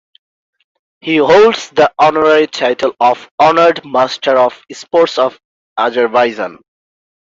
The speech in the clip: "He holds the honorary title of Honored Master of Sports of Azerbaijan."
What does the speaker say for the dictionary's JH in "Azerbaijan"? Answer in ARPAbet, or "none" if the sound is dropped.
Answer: Z